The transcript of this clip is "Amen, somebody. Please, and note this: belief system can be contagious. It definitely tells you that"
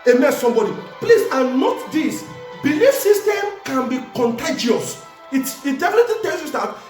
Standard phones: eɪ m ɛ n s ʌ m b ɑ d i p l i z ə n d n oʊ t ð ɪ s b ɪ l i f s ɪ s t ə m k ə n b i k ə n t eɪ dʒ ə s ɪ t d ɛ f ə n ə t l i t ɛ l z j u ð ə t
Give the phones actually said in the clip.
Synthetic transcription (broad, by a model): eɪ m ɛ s s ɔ m b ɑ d i p l i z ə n n oʊ t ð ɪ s b ɪ l i f s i s t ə m k ə n b i k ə n t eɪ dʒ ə s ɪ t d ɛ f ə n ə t i t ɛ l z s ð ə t